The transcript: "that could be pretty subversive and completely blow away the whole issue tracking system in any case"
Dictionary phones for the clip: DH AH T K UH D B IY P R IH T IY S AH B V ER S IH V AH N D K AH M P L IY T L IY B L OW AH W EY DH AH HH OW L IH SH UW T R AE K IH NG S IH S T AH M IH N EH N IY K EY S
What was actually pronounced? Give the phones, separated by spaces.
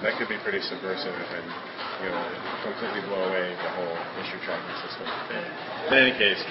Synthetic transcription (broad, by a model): DH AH T K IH D B IY P R IH T IY S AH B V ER S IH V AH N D K AH M P L IY T L IY B L OW AH W EY DH AH HH OW L IH SH UW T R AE IH S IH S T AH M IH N EH N IY K EY S